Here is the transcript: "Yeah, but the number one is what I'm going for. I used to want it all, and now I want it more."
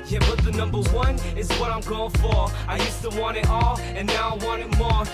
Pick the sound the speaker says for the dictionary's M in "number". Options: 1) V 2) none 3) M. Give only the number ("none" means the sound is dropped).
3